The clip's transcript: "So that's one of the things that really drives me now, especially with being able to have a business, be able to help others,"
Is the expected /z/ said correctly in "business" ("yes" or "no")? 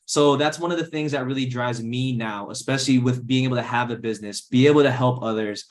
yes